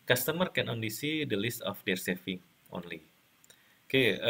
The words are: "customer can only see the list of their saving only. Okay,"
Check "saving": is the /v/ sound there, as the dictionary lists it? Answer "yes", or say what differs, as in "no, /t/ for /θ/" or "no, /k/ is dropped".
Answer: no, /f/ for /v/